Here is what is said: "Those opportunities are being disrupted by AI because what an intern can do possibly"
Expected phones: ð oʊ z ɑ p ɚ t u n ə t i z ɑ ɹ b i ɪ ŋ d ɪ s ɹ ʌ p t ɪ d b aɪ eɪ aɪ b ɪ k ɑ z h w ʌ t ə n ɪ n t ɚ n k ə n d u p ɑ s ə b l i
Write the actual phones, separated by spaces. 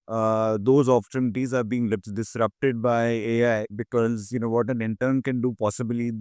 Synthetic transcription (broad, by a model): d oʊ z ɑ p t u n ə t i z ɑ ɹ b i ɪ ŋ d ɪ s ɹ ʌ p t ɪ d b aɪ eɪ aɪ b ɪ k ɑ z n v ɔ t ə n ɪ n t ɚ n k ə n d u p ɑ s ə b l i